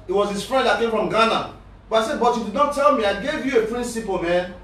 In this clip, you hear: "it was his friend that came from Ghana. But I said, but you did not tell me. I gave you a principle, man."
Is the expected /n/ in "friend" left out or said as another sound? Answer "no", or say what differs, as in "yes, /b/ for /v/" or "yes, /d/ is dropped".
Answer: yes, /n/ is dropped